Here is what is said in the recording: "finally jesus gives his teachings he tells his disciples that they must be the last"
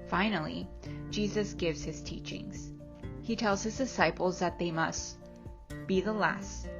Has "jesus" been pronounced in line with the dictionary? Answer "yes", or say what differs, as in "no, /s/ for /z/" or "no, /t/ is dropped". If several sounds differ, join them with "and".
yes